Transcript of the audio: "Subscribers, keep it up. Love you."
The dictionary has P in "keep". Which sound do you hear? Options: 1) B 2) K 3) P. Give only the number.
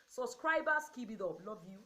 1